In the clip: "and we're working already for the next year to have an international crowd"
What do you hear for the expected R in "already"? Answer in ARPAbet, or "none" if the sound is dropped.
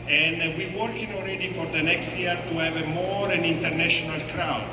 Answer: L